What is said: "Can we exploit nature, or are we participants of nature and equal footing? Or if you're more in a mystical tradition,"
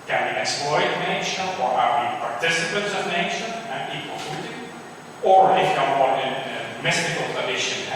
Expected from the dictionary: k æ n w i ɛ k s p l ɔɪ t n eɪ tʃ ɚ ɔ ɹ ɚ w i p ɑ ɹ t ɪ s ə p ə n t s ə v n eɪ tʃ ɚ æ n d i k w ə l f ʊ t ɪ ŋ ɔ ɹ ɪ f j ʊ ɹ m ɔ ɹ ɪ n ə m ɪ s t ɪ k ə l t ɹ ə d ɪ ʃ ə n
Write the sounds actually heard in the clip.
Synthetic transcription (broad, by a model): k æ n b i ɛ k s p l ɔɪ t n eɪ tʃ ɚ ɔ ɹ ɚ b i p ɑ ɹ t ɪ s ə p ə t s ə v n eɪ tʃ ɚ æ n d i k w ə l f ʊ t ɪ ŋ ɔ ɹ ɪ f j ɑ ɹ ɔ ɪ n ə m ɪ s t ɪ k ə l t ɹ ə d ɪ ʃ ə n